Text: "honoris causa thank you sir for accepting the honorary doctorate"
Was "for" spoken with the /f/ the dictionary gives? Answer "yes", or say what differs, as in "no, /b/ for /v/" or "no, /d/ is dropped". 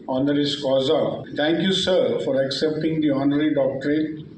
yes